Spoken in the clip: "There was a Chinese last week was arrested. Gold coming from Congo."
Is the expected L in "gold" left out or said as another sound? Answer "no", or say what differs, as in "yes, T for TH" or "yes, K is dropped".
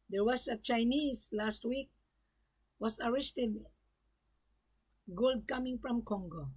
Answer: no